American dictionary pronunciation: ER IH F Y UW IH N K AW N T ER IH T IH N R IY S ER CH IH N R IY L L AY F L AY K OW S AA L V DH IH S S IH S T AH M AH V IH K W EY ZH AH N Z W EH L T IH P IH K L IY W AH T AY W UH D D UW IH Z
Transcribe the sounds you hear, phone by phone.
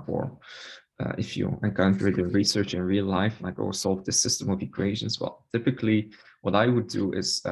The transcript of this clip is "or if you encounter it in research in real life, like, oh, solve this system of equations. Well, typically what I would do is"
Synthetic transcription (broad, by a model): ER IH F Y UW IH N K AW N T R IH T IH N R IY S ER CH IH N R IY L L AY F N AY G OW S AA L V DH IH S S IH S T AH M AH V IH K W EY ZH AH N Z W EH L T IH P IH K L IY W AH T AY W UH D D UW IH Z